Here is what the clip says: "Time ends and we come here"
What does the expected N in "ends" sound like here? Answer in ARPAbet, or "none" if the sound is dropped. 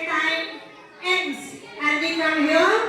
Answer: none